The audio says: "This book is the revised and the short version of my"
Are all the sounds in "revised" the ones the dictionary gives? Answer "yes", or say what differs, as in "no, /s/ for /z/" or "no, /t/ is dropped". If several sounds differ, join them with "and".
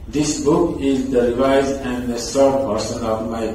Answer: no, /d/ is dropped